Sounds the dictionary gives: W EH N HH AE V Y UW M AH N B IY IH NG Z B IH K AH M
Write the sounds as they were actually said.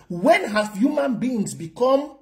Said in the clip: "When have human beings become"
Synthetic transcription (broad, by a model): W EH N HH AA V Y UW M AH N B IY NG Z B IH K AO M